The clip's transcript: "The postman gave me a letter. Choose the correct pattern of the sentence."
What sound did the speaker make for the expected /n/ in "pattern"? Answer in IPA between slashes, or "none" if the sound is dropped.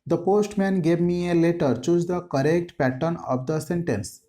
/n/